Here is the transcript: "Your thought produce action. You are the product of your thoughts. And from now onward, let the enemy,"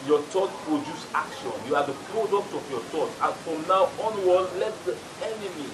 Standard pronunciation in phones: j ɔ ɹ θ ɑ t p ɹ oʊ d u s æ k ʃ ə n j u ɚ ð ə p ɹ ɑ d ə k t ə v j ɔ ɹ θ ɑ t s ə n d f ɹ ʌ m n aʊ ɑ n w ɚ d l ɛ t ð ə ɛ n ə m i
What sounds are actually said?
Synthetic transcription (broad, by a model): j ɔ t ɑ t p ɹ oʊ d u s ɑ k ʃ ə n j u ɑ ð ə p ɹ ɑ d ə k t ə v j ɔ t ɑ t ə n f ɹ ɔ m n aʊ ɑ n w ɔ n l ɛ t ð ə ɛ n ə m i